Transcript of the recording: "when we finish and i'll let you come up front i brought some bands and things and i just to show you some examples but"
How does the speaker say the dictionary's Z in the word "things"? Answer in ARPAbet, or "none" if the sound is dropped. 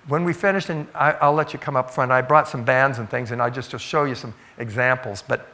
Z